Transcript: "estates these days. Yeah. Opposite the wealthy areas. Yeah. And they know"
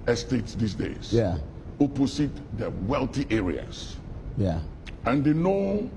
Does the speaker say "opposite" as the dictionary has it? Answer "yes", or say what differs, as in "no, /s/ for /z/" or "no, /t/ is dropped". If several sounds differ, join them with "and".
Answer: no, /s/ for /z/